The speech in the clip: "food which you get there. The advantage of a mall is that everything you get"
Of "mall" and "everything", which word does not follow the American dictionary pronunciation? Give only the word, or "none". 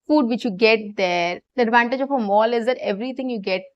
everything